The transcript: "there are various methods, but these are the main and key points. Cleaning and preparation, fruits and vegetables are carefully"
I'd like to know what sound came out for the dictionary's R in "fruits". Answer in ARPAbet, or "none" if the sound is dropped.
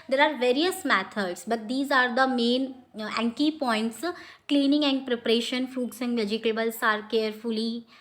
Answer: none